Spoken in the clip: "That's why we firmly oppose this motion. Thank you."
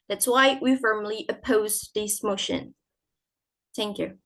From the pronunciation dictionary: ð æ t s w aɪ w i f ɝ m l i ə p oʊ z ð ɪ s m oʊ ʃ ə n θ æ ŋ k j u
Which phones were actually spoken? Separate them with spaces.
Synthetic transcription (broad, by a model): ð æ t s w aɪ w i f ɝ m l i ə p oʊ z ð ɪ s m oʊ ʃ ə n θ æ ŋ k j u